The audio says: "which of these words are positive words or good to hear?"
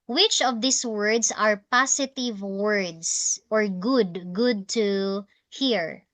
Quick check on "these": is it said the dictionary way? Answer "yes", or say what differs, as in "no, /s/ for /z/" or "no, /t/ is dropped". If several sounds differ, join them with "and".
no, /s/ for /z/